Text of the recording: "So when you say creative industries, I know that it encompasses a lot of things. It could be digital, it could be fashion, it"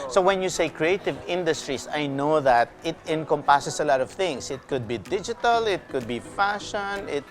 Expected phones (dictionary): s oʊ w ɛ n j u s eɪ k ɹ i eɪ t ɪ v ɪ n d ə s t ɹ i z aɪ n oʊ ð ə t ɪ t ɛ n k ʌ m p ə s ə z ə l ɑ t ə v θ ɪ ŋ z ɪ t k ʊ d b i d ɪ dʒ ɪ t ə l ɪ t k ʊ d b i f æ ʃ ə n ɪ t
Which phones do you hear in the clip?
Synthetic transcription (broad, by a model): s oʊ w ɛ n j u s eɪ k ɹ i eɪ t ɪ v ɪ n d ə s t ɹ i s aɪ n oʊ ð ə t ɪ t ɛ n k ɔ m p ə s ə s ə l ɑ t ə v θ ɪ ŋ s ɪ t k ʊ d b i d ɪ dʒ ɪ t ə l ɪ t k ʊ d b i f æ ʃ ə n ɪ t